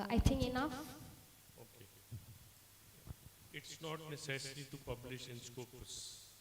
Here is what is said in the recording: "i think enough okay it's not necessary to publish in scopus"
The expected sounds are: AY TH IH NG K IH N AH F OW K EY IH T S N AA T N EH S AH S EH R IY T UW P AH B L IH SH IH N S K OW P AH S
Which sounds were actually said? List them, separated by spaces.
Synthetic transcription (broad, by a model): AY T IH NG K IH N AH F OW K EY IH T S N AA T N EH S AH S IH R IY T UW P AH B L IH SH IH N S K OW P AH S